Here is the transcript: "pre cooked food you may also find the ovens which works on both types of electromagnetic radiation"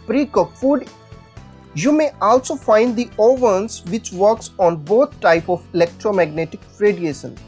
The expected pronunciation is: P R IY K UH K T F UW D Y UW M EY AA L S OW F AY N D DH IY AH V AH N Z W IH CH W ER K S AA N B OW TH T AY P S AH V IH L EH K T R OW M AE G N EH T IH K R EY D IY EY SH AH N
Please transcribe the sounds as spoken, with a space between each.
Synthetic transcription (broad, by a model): P R IY K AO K F UW D Y UW M EY AA L S OW F AY N D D IY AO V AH N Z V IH CH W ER K S AA N B OW T T AY P AH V IH L EH K T R OW M AE G N EH T IH K R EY D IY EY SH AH N